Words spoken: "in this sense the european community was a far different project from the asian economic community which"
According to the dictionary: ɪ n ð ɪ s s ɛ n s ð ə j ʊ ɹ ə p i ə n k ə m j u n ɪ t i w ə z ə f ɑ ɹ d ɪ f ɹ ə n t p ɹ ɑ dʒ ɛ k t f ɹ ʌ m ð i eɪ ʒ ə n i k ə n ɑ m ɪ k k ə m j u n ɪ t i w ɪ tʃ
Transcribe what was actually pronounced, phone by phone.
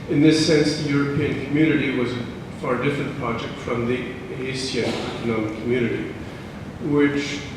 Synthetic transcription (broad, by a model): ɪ n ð ɪ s s ɛ n s ð ə j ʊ ɹ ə p i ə n k ə m j u n ɪ t i w ə z ə f ɑ ɹ d ɪ f ɹ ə n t p ɹ ɑ dʒ ɛ k t f ɹ ʌ m ð i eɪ s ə n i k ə n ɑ m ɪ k k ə m j u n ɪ t i w ɪ tʃ